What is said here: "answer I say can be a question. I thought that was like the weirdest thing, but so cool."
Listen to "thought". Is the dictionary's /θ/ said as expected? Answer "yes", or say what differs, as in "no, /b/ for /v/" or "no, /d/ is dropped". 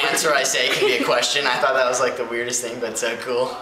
yes